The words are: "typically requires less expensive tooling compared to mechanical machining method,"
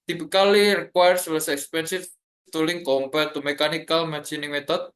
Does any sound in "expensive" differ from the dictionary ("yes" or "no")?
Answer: yes